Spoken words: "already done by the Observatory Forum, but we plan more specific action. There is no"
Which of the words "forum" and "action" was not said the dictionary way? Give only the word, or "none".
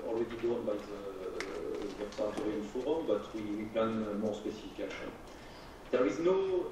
action